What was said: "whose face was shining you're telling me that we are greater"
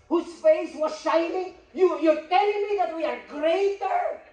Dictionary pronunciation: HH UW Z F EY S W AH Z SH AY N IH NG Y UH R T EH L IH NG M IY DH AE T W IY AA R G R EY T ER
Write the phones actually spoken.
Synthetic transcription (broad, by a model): HH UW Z F EY S W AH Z SH AY N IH NG Y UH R T EH L IH NG M IY DH AE T W IY AA R G R EY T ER